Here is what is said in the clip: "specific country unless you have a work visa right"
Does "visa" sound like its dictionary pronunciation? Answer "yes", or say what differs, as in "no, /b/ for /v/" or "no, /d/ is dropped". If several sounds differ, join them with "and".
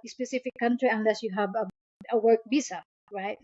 no, /b/ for /v/